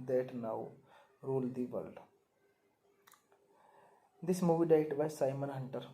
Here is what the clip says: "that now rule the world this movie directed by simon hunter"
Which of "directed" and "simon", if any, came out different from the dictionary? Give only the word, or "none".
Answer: directed